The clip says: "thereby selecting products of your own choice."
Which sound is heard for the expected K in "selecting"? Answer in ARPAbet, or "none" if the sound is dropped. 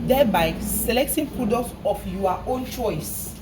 K